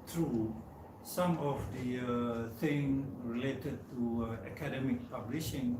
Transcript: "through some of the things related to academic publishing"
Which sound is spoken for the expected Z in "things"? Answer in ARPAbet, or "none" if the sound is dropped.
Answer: none